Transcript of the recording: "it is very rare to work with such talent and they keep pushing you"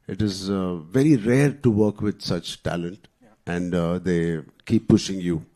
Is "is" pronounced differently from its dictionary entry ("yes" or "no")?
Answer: no